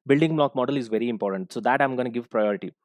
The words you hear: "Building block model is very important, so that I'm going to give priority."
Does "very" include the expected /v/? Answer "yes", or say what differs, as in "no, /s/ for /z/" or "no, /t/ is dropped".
yes